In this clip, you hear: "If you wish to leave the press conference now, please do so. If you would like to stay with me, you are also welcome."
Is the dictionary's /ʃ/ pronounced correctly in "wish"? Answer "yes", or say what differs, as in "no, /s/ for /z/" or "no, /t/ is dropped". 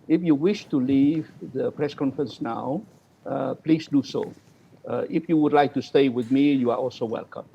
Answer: yes